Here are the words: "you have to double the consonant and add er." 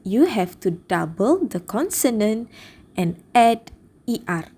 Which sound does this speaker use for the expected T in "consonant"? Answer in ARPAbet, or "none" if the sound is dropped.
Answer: T